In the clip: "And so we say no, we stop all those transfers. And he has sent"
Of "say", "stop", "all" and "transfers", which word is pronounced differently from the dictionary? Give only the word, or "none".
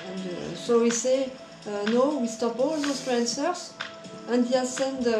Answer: transfers